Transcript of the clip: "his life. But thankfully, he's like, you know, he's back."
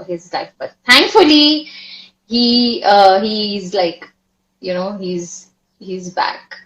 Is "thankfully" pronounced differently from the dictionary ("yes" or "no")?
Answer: yes